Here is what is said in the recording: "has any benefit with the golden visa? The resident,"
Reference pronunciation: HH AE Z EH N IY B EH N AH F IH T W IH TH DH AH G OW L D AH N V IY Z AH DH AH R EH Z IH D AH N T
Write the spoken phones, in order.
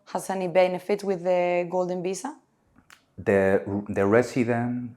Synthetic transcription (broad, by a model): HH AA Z EH N IY B EH N AH F IH T W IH DH AH G OW L D AH N B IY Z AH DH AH R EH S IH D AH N